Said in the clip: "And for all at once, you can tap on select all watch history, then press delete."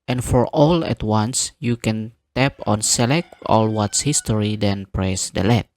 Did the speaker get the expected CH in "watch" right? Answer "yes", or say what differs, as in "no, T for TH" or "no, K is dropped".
no, S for CH